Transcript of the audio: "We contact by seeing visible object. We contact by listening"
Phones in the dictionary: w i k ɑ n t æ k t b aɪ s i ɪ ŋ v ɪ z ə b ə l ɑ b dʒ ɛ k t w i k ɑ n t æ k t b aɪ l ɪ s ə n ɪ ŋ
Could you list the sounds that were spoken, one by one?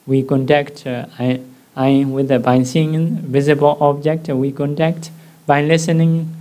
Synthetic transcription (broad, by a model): w i k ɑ n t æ k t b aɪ s i ɪ ŋ v ɪ z ə b ə l ɑ b dʒ ɛ k t w i k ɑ n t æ k t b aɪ l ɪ s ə n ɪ ŋ